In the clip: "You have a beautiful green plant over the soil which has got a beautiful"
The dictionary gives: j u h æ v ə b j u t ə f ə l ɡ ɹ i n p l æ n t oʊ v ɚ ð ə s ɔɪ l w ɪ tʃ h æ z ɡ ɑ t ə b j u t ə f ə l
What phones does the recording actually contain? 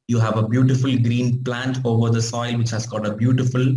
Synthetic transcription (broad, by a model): j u h æ v ə b j u t ə f ə l ɡ ɹ i n p l æ n t oʊ v ɚ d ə s ɔɪ l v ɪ tʃ h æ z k ɑ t ə b j u t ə f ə l